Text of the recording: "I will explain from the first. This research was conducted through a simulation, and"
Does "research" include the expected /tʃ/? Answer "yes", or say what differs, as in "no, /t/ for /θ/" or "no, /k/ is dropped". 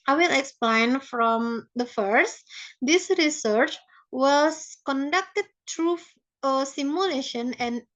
yes